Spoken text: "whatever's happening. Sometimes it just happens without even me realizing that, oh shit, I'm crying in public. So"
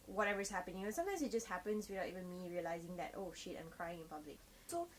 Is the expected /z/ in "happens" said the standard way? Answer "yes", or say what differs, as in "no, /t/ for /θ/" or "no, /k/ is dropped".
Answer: no, /s/ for /z/